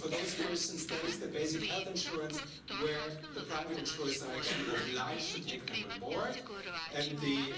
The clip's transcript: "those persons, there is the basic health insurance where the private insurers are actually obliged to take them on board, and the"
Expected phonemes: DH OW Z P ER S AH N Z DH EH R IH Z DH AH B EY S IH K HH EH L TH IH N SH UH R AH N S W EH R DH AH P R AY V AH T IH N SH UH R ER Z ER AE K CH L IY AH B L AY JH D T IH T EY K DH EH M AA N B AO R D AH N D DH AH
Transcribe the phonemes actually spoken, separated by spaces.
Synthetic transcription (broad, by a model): DH OW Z P ER S AH N Z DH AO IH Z DH AH B EY S IH K HH EH L TH IH N SH UH R AH N S W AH R DH AH P R AY V AH T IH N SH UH R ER S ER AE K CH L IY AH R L AY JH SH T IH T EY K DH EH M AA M AO R AH N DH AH